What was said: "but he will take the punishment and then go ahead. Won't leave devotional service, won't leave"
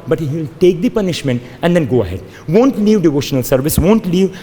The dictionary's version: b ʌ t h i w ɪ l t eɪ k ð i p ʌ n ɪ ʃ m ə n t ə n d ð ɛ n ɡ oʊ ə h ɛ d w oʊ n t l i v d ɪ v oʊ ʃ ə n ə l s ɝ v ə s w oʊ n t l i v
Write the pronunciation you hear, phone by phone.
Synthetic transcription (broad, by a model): b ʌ t h i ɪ l t eɪ k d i p ʌ n ɪ ʃ m ə n t ə n d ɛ n ɡ oʊ ə h ɛ d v oʊ n t l i v d ɪ v oʊ ʃ ə n ə l s ɝ v ə s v oʊ n t l i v